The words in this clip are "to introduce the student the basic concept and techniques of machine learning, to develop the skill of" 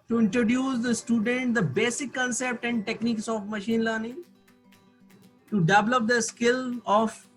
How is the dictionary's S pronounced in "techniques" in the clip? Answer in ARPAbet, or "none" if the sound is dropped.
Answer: S